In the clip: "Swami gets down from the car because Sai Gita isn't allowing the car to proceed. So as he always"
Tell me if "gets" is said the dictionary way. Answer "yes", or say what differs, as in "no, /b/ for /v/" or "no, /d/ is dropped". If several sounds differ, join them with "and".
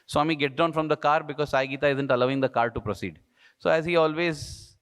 no, /s/ is dropped